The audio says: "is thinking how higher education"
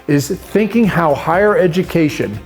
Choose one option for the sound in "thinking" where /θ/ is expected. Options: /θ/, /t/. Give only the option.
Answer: /θ/